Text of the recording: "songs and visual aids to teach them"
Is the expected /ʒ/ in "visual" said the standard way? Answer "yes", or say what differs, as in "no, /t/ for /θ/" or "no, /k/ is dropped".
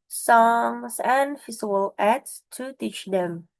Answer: no, /z/ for /ʒ/